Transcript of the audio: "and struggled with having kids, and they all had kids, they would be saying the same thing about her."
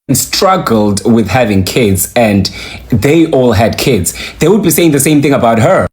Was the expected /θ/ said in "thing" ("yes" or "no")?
yes